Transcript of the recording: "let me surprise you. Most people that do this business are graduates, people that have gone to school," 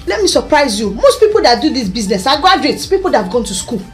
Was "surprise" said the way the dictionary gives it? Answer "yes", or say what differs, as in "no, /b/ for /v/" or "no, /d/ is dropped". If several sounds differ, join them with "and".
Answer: yes